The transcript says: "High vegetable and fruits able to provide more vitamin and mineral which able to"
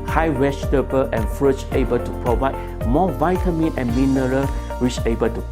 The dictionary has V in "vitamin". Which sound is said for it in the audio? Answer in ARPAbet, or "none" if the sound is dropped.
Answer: V